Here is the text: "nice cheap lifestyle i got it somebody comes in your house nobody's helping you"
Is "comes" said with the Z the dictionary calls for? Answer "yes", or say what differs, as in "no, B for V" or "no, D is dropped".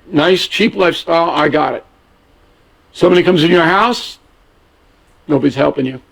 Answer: yes